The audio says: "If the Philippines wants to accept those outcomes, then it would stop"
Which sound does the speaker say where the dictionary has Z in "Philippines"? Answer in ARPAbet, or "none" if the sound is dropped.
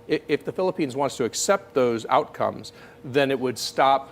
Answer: Z